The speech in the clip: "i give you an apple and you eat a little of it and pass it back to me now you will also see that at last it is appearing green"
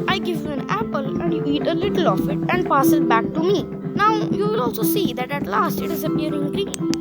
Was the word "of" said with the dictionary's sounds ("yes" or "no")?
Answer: no